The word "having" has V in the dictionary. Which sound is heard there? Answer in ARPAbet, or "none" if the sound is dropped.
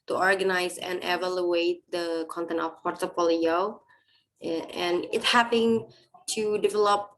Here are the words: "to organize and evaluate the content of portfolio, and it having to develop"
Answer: P